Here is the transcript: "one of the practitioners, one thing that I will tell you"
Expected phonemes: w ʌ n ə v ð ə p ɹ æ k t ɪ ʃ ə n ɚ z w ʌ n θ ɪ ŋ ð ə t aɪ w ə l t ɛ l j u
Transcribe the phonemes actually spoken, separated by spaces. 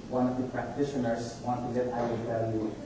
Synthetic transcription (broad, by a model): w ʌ n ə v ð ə p ɹ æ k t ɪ ʃ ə n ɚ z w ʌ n t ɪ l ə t aɪ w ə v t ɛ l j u